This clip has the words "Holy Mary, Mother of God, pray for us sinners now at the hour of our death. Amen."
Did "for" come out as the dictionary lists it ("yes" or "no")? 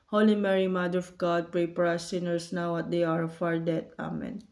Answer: no